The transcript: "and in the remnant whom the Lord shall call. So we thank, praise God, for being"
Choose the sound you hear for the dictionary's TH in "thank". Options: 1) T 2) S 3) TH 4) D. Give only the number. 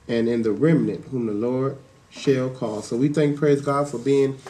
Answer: 3